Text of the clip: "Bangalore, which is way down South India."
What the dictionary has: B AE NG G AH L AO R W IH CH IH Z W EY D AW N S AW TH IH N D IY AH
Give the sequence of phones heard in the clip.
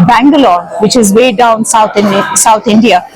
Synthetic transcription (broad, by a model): B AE NG G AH L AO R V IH CH IH Z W EY D AW N S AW S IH N D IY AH